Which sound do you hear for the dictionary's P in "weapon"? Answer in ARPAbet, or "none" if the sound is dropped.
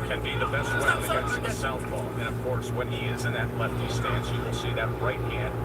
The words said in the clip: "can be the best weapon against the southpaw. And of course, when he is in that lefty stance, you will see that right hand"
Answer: none